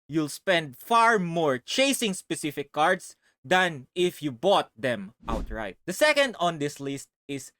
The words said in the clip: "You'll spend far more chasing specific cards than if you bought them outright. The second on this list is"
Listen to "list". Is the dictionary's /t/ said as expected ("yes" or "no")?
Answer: yes